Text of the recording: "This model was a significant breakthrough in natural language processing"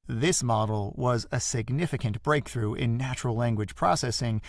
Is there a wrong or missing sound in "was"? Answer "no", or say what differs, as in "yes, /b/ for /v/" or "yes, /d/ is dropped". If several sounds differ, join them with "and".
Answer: no